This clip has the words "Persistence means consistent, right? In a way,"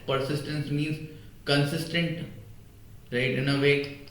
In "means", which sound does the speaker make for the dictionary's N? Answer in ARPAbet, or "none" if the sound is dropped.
N